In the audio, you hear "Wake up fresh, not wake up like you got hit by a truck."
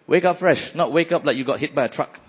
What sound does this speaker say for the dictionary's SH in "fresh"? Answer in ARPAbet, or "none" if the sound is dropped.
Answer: SH